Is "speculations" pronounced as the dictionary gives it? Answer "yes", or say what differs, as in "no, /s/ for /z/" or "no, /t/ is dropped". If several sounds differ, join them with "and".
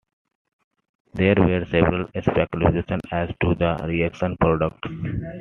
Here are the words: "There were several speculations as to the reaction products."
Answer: no, /z/ is dropped